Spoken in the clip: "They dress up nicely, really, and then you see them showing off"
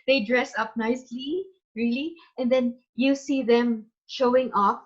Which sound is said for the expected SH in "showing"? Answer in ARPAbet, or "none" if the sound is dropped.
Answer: SH